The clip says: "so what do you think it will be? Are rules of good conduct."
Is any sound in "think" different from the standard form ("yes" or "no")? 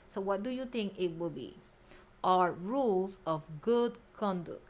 yes